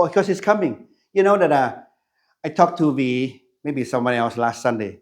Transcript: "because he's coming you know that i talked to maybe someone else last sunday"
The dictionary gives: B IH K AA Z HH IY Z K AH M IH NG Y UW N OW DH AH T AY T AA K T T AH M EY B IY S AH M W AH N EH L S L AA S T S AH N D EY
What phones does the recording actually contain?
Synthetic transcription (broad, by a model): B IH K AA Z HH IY S K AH M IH NG Y UW N OW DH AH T AY T AA K T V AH M EY B IY S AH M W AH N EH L S L AA S T S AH N D EY